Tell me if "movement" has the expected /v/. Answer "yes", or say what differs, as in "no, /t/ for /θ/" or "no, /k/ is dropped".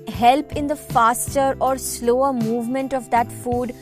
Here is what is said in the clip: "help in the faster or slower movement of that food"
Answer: yes